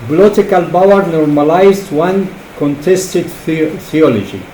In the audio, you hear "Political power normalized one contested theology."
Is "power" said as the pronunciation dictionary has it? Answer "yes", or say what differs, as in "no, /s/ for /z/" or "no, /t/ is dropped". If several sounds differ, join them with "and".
no, /b/ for /p/